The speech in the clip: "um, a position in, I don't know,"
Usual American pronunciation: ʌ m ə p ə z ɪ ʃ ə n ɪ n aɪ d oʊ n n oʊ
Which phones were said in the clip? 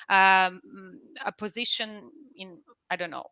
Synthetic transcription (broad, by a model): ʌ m ə p ə z ɪ ʃ ə n ɪ n aɪ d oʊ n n oʊ